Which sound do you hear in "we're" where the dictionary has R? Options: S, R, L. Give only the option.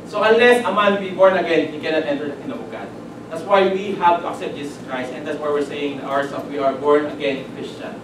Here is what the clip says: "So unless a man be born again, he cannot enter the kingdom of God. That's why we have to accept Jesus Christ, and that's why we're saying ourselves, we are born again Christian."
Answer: R